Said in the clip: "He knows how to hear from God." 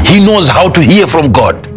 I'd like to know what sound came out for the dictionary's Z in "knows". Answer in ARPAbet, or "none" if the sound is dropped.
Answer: Z